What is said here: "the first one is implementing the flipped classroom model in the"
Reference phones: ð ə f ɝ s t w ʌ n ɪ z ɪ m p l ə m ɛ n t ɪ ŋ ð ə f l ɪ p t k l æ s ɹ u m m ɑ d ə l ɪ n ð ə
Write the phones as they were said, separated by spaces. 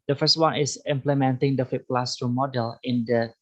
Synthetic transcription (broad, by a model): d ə f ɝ s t w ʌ n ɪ s ɪ m p l ə m ɛ n t ɪ ŋ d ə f ɪ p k l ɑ s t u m m ɑ d ə l ɪ n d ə